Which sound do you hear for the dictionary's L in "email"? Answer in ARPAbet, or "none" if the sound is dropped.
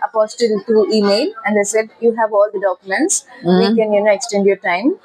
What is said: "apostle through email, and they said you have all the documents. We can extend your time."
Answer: L